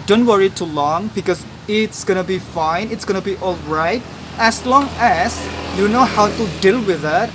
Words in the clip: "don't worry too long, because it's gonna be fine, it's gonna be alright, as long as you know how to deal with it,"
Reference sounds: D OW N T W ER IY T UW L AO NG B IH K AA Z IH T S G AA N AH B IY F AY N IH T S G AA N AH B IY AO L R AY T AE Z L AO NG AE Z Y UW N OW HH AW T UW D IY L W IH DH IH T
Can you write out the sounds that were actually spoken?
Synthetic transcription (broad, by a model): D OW N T W ER IY T UW L AO NG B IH K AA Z IH T S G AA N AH B IY F AY N IH T S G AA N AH B IY AO L R AY T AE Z L AO NG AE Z Y UW N OW HH AW T UW D IY L W IH DH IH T